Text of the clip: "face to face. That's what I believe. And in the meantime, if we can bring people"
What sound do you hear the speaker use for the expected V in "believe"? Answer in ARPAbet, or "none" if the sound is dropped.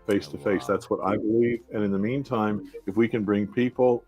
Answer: V